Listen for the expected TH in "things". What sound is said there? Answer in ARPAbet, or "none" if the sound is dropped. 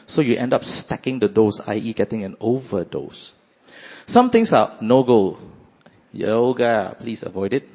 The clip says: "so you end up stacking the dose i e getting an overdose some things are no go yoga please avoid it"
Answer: T